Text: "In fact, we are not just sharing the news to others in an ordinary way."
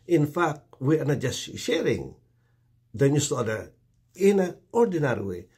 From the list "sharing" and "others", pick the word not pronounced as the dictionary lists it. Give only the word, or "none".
others